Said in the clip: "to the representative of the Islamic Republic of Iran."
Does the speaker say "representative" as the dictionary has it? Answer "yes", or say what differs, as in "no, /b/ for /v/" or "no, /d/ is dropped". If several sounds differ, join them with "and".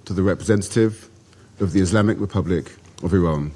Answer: yes